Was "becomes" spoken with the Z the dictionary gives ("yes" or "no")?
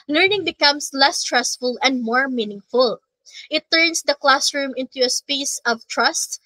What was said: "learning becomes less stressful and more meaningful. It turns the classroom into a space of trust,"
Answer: no